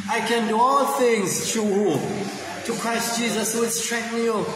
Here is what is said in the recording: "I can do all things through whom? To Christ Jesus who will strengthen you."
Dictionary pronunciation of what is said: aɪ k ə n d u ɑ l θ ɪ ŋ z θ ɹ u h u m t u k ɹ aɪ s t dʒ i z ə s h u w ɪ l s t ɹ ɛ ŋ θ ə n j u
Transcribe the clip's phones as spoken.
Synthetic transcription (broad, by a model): aɪ k ə n d u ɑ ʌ θ ɪ ŋ z t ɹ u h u t u k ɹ aɪ s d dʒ i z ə s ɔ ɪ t s t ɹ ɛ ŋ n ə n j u